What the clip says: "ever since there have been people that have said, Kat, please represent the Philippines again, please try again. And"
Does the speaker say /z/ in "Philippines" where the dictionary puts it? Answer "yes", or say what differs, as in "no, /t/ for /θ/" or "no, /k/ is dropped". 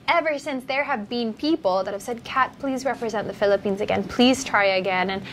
yes